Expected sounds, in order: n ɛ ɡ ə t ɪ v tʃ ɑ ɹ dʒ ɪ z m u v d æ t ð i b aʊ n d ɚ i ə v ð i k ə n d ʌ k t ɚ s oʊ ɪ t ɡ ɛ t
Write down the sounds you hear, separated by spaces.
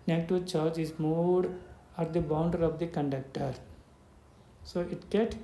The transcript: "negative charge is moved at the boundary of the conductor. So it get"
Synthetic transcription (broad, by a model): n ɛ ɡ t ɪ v tʃ ɑ ɹ dʒ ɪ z m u d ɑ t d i b aʊ n d ɚ i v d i k ə n d ʌ k t ɚ s oʊ ɪ t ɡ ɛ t